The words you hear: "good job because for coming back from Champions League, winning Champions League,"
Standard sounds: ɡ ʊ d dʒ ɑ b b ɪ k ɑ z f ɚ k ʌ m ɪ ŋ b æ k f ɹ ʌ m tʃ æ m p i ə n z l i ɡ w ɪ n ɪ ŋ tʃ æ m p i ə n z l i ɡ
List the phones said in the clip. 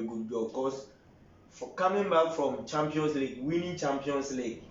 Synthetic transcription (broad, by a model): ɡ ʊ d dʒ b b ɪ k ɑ s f k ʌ m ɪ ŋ b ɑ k f ɹ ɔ m tʃ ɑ m p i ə n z l i ɡ w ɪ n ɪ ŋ tʃ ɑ m p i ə n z l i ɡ